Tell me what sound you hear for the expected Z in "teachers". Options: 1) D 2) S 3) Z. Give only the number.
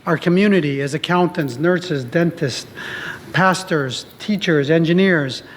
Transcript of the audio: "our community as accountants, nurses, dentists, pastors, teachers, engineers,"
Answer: 3